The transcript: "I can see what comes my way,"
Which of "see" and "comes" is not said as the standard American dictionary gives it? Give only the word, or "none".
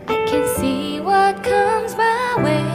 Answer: none